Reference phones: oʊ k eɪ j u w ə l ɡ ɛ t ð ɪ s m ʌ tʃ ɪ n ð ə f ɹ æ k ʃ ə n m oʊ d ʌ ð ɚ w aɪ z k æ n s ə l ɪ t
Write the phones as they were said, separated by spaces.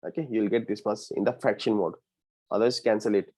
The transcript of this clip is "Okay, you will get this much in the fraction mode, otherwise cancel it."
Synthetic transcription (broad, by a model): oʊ k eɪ j u l ɡ ɛ t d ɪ s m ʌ s ɪ n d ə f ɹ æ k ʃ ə n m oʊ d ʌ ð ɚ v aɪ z k æ n s ə l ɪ t